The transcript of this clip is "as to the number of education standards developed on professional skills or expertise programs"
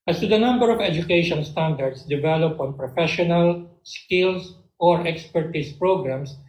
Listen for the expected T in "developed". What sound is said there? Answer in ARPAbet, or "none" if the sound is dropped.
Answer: none